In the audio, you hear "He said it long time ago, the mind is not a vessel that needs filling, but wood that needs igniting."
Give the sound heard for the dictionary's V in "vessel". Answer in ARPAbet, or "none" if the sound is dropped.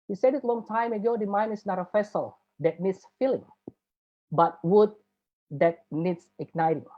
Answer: F